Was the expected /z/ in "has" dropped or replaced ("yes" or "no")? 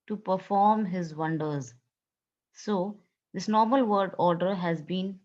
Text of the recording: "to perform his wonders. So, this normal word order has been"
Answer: no